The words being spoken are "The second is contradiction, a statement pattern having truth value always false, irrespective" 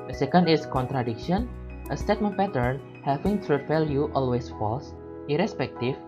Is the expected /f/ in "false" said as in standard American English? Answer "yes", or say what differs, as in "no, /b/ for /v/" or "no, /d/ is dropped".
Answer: yes